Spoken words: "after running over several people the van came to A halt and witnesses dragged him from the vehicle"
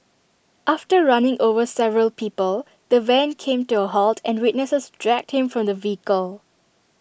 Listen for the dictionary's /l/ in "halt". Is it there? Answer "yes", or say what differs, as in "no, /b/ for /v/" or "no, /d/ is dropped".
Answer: yes